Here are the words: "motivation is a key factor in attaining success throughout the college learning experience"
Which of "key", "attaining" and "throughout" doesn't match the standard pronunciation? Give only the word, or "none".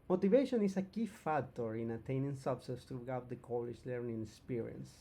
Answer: throughout